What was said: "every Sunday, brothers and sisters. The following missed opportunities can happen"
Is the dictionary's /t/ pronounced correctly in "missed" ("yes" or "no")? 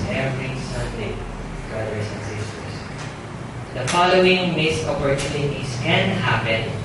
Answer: no